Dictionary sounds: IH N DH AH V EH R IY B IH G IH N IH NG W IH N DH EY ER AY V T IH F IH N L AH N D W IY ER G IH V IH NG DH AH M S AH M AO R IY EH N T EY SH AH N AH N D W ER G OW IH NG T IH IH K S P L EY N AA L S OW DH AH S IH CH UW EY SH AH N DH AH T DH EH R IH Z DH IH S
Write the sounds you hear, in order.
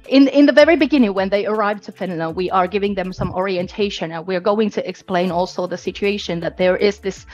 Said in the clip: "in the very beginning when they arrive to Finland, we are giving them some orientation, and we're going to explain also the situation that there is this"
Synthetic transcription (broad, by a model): IH N DH AH V EH R IY B IH G IH N IH NG W IH N DH EY ER AY V T IH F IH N AH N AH W IY ER G IH V IH NG DH AH M S AH M AO R IY EH N T EY SH AH N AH N W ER G OW IH NG T IH IH K S P L EY N AA L S OW DH AH S IH CH UW EY SH AH N DH AH T DH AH R IH Z DH IH S